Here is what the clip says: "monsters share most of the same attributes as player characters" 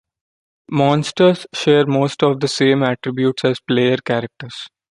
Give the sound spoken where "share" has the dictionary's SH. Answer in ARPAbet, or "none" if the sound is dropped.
SH